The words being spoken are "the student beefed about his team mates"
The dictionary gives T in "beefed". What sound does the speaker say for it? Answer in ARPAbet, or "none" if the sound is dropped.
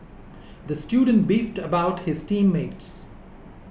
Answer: T